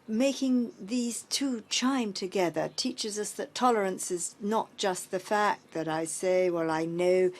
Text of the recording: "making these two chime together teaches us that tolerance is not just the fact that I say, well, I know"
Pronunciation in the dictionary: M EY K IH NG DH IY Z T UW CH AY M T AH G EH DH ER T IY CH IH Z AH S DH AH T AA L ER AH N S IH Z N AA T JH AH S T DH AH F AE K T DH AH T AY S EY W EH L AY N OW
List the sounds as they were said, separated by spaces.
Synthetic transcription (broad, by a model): M EY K IH NG DH IY Z T UW CH AY M T AH G EH DH ER T IY CH IH Z AH S DH AH T AA L ER AH N S IH Z N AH T JH AH S T DH AH F AE K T DH AH T AY S EY W EH L AY N OW